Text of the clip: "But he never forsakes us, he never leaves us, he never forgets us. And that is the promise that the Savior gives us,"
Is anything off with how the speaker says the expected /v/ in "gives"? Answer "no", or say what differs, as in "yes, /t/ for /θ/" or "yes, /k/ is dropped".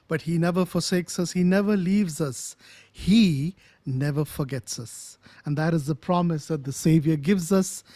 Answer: no